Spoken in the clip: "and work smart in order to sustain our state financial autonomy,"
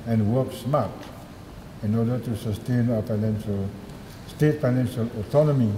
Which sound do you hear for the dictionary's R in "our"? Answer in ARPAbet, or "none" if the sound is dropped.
L